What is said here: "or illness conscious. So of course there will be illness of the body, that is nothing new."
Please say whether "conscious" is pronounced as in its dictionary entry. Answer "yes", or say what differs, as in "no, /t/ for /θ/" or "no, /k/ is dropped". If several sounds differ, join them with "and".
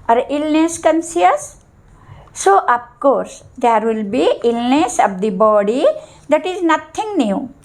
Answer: no, /s/ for /ʃ/